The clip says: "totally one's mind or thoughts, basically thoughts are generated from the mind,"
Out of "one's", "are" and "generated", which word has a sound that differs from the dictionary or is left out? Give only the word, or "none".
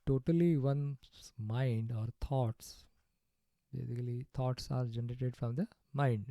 one's